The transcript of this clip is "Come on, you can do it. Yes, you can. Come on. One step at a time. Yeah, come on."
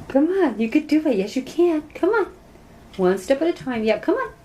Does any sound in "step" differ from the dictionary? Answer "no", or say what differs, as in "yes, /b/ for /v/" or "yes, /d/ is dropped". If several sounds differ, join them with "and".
no